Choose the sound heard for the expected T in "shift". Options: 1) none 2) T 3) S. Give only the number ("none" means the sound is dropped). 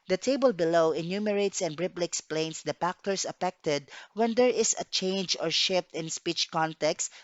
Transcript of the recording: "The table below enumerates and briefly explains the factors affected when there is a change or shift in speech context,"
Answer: 2